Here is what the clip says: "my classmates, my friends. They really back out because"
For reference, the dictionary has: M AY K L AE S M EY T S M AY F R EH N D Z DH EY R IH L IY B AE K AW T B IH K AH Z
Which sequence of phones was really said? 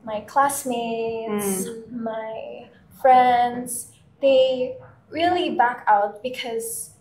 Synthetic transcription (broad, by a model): M AY K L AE S M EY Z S M AY F R EH N D Z DH EY R IH L IY B AE K AW T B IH K AH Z